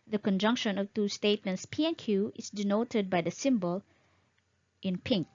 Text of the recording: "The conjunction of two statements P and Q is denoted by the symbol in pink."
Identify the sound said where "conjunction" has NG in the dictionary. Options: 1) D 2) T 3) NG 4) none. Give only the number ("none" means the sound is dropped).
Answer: 3